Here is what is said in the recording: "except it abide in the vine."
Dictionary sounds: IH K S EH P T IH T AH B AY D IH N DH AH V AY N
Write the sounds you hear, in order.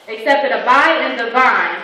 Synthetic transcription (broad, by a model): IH K S EH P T IH T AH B AY IH N DH AH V AY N